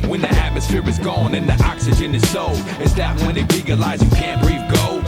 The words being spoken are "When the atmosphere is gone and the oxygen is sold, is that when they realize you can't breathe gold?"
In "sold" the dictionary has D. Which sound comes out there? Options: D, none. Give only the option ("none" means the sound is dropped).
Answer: none